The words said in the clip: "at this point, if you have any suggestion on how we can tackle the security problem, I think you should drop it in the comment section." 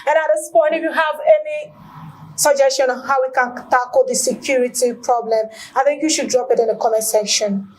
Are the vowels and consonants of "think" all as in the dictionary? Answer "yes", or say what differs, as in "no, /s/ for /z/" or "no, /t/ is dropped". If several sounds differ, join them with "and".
yes